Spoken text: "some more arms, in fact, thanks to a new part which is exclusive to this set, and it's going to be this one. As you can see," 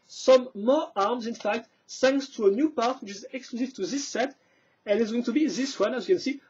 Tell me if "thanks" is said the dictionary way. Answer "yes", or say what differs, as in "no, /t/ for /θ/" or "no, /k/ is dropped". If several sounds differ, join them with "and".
no, /s/ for /θ/